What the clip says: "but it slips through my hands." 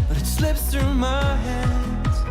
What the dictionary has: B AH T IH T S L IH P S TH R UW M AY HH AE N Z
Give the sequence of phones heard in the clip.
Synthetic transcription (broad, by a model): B AH T IH T S L IH P S TH R UW M AY HH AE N